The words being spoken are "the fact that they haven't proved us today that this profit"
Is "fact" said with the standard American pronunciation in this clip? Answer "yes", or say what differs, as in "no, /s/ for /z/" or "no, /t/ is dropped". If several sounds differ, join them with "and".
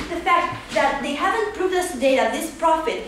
yes